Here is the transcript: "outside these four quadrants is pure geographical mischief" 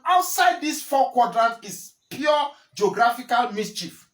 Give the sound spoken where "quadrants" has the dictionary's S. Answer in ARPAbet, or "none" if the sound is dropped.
none